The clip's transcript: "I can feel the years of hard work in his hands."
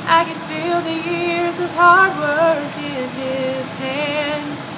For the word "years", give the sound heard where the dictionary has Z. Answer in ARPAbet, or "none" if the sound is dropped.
Z